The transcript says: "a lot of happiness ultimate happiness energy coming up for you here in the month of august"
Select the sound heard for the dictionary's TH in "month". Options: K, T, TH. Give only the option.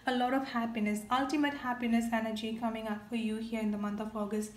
T